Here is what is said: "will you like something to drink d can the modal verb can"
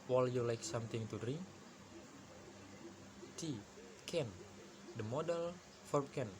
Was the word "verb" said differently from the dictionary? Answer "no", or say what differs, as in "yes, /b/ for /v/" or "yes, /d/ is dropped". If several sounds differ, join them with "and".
yes, /f/ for /v/